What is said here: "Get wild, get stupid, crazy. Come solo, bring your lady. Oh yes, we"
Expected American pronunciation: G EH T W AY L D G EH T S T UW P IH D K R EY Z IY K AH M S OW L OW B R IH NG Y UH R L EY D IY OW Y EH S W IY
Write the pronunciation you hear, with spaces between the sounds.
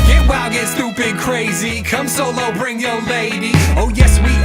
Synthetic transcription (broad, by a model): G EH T W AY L G EH T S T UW B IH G K R EY Z IY K AH M S OW L OW B R IH NG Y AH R L EY D IY OW Y EH S W IY